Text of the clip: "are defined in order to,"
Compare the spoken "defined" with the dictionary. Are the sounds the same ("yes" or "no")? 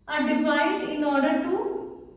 no